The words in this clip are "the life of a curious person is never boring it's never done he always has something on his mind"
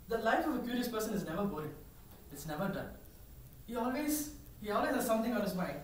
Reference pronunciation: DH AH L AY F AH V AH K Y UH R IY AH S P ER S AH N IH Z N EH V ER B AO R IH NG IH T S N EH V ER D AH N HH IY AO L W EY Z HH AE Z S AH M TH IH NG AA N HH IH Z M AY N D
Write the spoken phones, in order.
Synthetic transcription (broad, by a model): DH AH L AY F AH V AH K Y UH R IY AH S P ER S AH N IH Z N EH V ER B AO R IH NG IH T S N EH V ER D AH N HH IY AO L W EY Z HH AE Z S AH M T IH NG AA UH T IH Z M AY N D